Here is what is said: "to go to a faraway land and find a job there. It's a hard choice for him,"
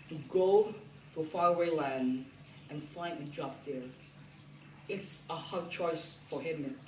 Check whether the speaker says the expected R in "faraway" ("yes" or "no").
no